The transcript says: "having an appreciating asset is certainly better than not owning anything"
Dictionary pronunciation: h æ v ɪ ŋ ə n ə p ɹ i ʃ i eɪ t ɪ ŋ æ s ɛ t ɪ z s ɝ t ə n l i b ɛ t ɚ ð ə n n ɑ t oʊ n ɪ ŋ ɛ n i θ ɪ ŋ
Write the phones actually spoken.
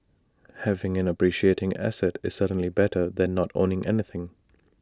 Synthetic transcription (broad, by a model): h æ v ɪ ŋ ə n ə p ɹ i ʃ i eɪ t ɪ ŋ æ s ɛ t ɪ z s ɝ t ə n l i b ɛ t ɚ ð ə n n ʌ t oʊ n ɪ ŋ ɛ n i θ ɪ ŋ